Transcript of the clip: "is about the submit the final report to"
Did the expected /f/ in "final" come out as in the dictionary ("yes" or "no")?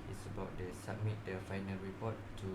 yes